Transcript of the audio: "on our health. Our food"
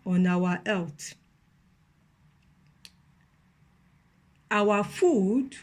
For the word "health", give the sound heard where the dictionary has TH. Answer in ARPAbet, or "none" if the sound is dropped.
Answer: T